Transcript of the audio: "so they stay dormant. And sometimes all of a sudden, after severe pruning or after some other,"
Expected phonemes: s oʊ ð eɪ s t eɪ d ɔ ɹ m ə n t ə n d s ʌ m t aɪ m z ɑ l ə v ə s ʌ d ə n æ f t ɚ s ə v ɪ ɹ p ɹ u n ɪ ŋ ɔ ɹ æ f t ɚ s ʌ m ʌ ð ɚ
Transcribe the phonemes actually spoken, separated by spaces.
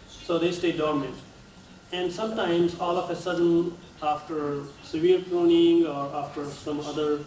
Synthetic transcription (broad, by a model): s oʊ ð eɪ s t eɪ d ɔ ɹ m ə n t ə n d s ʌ m t aɪ m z ɑ l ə f ə s ʌ d ə n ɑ f t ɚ s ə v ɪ ɹ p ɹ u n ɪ ŋ ɔ ɹ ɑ f t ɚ s ʌ m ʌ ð ɚ